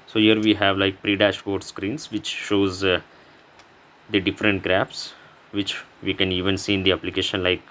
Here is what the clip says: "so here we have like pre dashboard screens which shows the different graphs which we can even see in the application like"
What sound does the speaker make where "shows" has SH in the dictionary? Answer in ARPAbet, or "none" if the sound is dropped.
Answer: SH